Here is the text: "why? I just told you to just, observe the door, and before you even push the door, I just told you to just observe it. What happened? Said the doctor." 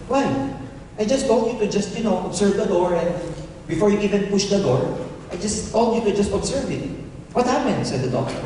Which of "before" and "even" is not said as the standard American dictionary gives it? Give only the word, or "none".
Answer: none